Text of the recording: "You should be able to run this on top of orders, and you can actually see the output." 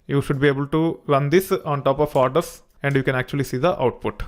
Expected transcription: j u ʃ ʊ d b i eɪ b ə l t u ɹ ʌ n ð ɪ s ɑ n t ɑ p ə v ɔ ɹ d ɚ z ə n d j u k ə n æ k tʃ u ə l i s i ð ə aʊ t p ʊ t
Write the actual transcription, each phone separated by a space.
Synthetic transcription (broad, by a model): j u ʃ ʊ d b i eɪ b ə l t u ɹ ʌ n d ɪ s ɑ n t ɑ p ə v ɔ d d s ə n d j u k ə n æ k tʃ u ə l i s i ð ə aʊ t p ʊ t